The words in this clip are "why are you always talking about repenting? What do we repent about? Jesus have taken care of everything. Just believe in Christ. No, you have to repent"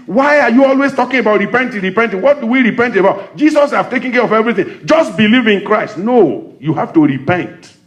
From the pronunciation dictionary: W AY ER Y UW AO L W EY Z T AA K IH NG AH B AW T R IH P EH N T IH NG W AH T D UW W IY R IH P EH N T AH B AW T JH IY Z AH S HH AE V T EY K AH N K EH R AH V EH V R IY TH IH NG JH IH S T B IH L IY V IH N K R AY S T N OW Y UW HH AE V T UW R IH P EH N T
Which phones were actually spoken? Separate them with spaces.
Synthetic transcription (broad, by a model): W AY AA Y UW AO L W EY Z T AA K IH NG AH B AW T R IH P EH N T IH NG W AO T D UW W IY R IH P EH N T AH B AW T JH IY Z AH S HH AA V T EY K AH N K EH R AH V EH V R IY TH IH NG JH IH S T B IH L IY V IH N K R AY S T N OW Y UW HH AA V T UW R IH P EH N T